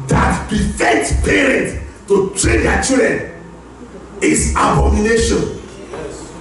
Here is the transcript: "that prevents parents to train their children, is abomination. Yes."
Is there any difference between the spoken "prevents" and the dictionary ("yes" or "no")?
yes